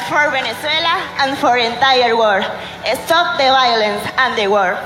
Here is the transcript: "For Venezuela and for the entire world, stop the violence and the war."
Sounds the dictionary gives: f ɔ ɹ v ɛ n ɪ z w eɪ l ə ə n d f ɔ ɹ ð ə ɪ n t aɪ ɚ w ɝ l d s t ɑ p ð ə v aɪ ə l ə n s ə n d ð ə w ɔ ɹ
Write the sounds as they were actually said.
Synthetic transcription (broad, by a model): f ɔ ɹ b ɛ n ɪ s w eɪ l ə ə n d f ɔ ɹ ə n t aɪ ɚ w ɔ d s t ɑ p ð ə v aɪ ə l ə n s ə n d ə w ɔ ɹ